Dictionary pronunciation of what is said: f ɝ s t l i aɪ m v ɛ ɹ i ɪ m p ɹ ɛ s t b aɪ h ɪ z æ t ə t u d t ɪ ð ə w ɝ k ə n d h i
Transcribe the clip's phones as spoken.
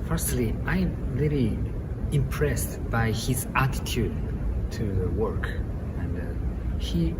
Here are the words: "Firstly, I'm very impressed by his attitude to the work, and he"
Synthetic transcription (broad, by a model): f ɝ s t l i aɪ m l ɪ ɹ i ɪ m p ɹ ɛ s t b aɪ h ɪ z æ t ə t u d t ɪ ð ə w ɝ k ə n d h i